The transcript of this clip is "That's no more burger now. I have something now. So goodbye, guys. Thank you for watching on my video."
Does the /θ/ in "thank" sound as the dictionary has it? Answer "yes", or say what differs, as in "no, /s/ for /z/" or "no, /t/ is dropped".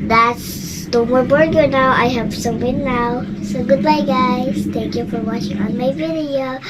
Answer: no, /t/ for /θ/